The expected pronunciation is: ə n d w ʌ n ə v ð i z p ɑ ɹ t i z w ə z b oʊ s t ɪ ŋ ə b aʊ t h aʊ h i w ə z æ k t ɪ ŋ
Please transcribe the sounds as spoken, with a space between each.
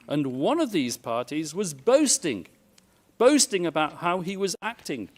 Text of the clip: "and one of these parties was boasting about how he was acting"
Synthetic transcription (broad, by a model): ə n w ʌ n ə v ð i z p ɑ ɹ t i z w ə z b oʊ s t ɪ ŋ ə b aʊ t h aʊ i w ə z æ k t ɪ ŋ